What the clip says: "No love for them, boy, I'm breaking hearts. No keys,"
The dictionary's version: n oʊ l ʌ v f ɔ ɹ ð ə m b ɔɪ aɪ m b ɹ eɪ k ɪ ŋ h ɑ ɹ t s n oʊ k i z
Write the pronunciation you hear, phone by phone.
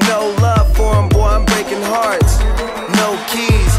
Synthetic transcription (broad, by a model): n oʊ l ʌ v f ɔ ɹ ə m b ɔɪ aɪ m b ɹ eɪ k ɪ ŋ h ɑ ɹ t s n oʊ k i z